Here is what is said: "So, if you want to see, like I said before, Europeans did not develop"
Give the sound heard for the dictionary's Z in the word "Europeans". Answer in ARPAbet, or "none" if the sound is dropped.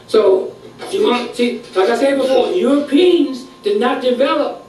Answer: Z